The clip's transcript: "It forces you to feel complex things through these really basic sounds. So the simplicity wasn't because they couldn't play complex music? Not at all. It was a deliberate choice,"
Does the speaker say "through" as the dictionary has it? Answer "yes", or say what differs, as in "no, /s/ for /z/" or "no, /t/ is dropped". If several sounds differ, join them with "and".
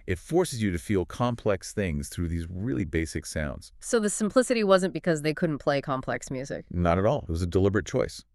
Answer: yes